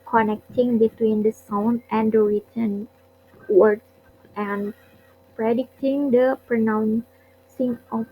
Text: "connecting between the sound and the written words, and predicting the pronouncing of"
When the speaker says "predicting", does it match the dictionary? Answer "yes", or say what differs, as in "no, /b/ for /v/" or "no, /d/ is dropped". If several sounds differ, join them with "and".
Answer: yes